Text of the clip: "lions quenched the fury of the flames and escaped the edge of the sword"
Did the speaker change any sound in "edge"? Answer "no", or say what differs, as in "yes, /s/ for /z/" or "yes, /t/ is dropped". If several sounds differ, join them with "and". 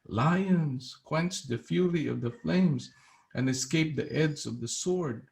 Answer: yes, /z/ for /dʒ/